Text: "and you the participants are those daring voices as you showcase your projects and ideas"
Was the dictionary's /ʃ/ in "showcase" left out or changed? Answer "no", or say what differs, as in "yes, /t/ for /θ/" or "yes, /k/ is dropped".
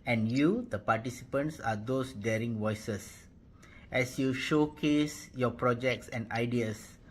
no